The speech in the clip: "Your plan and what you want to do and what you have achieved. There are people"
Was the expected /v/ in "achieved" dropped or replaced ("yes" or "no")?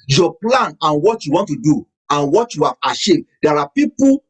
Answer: yes